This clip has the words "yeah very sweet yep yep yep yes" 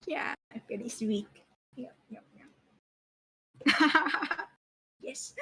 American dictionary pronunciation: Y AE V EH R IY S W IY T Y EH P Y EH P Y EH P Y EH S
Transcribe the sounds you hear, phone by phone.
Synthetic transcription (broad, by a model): Y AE F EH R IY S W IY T Y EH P Y EH P Y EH Y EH S